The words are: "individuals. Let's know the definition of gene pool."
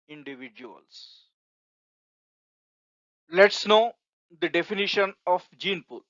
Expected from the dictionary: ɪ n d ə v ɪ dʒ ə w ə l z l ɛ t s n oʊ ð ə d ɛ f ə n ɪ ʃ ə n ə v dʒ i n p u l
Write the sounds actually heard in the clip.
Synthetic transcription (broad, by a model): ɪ n d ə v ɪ dʒ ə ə l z l ɛ t s n oʊ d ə d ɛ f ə n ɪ ʃ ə n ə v dʒ i n p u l